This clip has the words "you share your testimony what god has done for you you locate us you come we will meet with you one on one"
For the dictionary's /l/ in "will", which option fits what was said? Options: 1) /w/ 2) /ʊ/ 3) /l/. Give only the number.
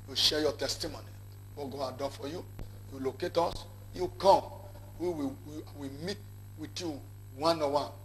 1